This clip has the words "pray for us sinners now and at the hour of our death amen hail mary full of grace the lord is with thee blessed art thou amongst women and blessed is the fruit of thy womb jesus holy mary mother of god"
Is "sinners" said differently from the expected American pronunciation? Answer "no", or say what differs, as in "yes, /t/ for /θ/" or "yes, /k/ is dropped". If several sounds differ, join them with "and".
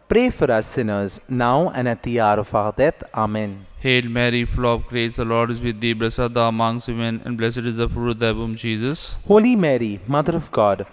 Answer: no